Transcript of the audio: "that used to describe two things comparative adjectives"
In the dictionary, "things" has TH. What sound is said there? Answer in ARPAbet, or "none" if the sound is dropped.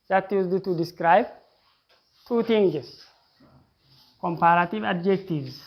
T